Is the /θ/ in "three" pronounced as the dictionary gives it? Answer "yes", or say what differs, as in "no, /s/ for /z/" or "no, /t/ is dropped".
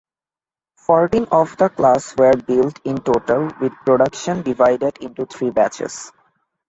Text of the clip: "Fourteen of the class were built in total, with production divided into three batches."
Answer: no, /t/ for /θ/